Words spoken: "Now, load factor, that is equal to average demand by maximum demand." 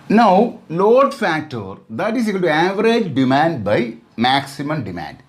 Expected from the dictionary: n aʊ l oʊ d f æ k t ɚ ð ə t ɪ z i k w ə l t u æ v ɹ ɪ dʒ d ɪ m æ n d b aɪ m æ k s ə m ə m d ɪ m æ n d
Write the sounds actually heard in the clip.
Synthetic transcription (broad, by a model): n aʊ l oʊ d f æ k t ɚ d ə t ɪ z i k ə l t u æ v ɹ ɪ dʒ d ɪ m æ n d b aɪ m æ k s ə m ə m d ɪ m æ n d